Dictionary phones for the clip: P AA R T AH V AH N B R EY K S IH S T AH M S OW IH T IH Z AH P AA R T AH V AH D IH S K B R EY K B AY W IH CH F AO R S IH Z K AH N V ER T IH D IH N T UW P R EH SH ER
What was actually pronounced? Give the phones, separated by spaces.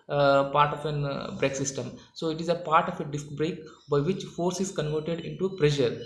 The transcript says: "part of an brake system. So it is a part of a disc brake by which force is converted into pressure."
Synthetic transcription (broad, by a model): P AA R T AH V AH N B R EY K S IH S T AH M S OW IH T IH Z AH P AA R T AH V AH D IH S K B R EY K B AY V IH CH F AO R S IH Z K AH N V ER T IH D IH N T UW P R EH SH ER